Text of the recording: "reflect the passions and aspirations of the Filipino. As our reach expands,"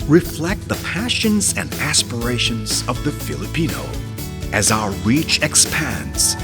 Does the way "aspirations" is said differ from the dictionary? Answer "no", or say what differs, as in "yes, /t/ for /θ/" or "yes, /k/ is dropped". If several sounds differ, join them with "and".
no